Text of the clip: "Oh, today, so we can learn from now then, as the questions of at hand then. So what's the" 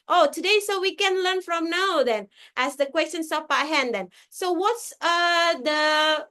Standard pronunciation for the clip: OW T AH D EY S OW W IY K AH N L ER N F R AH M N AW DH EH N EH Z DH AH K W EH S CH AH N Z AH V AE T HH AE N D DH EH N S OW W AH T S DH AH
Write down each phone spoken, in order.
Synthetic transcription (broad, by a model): OW T AH D EY S OW W IY K AH N L ER N F R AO M N AW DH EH N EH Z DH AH K W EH S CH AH N S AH P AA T HH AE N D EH N S OW W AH T S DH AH